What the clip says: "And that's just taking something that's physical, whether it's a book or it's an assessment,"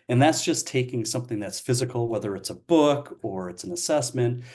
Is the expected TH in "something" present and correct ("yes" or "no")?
yes